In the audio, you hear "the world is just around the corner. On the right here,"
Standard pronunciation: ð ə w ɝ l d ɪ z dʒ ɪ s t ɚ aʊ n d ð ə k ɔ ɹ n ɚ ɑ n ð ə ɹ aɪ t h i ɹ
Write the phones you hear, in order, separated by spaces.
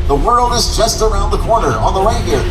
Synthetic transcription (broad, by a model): ð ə w ɝ l d ɪ z tʃ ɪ s t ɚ aʊ n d ð ə k ɔ ɹ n ɚ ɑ n ð ə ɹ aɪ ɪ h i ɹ